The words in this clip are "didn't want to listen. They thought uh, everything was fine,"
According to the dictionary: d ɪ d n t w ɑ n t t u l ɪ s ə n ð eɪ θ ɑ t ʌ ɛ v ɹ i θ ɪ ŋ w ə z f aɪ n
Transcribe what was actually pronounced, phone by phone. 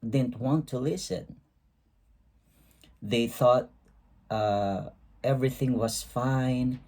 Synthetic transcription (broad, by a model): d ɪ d n t w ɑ n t t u l ɪ s ə n ð eɪ θ ɑ t ʌ ɛ v ɹ i θ ɪ ŋ w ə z f aɪ n